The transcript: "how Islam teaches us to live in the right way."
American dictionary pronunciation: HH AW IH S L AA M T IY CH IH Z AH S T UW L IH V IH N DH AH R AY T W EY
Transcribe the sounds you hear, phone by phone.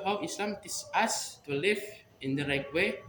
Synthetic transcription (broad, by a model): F IH S L AA M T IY S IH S T UW L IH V IH N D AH R AY T W EY